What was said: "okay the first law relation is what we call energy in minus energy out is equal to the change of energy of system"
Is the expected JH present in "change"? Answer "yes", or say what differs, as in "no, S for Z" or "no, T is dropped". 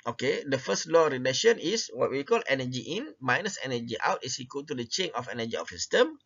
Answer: no, JH is dropped